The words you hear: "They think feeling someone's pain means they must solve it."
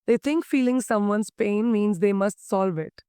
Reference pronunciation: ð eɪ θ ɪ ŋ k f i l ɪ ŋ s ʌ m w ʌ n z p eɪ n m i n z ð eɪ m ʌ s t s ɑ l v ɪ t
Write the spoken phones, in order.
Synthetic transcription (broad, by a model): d eɪ t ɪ ŋ k f i l ɪ ŋ s ʌ m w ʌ n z p eɪ n m i n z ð eɪ m ʌ s t s ɑ l v ɪ t